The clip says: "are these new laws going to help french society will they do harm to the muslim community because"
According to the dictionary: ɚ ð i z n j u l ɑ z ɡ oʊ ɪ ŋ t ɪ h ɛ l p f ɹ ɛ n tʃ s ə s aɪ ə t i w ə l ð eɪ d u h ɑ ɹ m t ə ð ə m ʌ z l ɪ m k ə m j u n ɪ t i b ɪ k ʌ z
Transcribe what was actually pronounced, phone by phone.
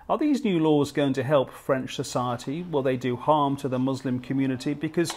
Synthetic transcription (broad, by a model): ɚ ð i z n j u l ɑ z ɡ oʊ ɪ ŋ t ɪ h ɛ l p f ɹ ɛ n tʃ s ə s aɪ ə t i w ə l ð eɪ d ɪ h ɑ ɹ m t ə ð ə m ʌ z l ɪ m k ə m j u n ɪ t i b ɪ k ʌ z